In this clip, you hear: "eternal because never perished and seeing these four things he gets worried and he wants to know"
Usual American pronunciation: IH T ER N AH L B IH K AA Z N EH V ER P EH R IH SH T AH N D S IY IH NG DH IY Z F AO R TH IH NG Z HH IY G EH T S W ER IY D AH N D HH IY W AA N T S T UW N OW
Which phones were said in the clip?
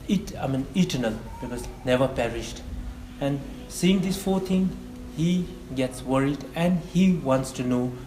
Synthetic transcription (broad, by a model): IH T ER N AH L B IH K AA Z N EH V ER P EH R IH SH T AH N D S IY IH NG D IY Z F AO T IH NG HH IY G EH T S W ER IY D AH N D HH IY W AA N T S T UW N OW